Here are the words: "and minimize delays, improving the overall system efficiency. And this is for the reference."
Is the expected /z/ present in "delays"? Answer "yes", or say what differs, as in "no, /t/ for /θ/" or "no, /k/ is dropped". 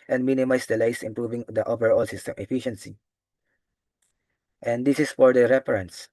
no, /s/ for /z/